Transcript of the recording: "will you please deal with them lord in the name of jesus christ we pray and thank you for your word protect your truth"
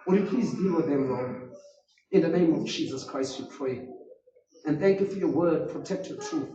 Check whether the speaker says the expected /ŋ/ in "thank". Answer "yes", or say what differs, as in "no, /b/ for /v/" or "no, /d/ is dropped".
no, /ŋ/ is dropped